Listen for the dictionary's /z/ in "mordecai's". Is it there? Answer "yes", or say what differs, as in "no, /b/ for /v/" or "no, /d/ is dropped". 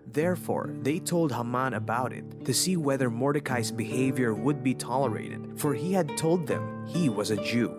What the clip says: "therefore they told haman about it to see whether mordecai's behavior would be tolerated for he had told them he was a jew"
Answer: no, /s/ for /z/